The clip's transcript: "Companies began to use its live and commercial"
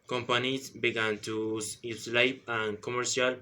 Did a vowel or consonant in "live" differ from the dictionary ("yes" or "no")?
yes